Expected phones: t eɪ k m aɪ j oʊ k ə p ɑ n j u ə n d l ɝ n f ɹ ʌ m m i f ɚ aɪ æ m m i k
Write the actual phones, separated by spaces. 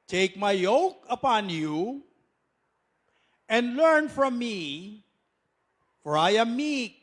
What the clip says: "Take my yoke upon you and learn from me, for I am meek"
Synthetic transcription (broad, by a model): t eɪ k m aɪ j oʊ k ə p ɑ n j u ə n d l ɝ n f ɹ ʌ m m i f ɚ aɪ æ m m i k